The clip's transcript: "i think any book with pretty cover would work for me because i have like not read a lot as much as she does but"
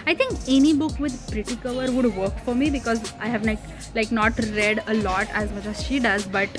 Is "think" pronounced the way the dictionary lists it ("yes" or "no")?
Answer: no